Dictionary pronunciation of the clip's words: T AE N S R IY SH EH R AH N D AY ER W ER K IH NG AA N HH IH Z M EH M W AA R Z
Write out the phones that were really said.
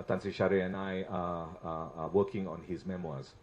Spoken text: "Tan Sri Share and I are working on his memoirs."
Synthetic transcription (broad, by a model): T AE N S IY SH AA R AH N AY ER W ER K IH NG AA N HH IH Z M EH M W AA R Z